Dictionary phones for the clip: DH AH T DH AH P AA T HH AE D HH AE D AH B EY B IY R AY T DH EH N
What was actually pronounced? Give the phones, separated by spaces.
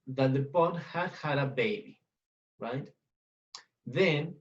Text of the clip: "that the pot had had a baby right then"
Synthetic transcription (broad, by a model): DH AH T DH AH B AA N HH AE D HH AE D AH B EY B IY R AY T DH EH N